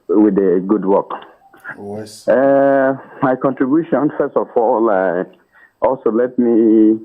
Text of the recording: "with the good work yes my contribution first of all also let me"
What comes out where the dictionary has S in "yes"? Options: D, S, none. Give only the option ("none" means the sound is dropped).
none